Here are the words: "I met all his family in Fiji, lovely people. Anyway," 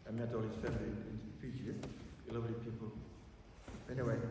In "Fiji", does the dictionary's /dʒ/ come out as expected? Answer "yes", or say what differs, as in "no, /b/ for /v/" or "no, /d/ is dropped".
no, /z/ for /dʒ/